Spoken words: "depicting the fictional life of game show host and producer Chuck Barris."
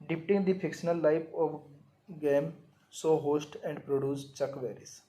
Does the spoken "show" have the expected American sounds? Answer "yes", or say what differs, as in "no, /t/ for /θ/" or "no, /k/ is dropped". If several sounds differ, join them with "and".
no, /s/ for /ʃ/